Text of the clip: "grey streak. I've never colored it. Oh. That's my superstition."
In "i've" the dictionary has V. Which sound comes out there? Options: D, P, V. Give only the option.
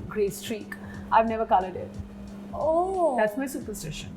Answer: V